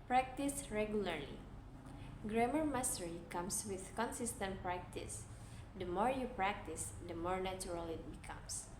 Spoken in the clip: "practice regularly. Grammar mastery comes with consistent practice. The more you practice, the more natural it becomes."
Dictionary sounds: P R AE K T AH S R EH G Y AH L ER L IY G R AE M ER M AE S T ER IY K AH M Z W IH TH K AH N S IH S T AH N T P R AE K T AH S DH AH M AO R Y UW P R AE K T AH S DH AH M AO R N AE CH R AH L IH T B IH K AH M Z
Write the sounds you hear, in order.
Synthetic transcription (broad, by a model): P R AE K T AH S R EH G Y AH L ER L IY G R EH M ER M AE S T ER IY K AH M S W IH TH K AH N S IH S T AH N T P R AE K T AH S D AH M AO R Y UW P R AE K T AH S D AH M AO R N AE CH R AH L IH T B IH K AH M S